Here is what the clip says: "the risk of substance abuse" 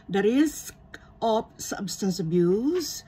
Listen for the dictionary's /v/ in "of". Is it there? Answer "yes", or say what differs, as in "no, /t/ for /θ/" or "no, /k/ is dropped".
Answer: no, /p/ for /v/